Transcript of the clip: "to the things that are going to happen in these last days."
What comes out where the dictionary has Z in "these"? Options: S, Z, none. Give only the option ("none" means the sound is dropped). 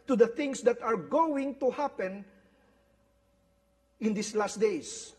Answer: S